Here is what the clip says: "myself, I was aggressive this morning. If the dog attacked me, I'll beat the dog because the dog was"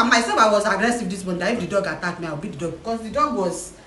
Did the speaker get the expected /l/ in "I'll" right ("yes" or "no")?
no